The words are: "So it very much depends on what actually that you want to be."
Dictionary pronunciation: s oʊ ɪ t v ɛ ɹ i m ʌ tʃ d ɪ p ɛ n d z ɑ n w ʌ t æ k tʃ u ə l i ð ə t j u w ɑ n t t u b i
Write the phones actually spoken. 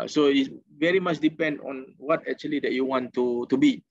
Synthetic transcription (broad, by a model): s oʊ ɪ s v ɛ ɹ i m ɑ tʃ d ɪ p ɛ n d ɑ n w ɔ t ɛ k tʃ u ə l i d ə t j u w ɑ n t t u b i